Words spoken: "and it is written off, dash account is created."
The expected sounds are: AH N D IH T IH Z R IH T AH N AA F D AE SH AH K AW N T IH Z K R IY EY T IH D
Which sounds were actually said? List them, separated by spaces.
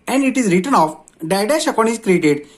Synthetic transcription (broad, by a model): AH N D IH T IH Z R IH T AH N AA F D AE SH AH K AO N IH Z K R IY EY T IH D